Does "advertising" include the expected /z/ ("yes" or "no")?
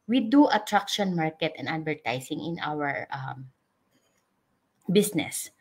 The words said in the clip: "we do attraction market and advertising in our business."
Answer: no